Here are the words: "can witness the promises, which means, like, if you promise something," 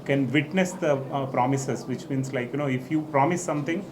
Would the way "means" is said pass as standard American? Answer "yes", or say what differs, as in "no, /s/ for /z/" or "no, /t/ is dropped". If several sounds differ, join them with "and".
no, /s/ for /z/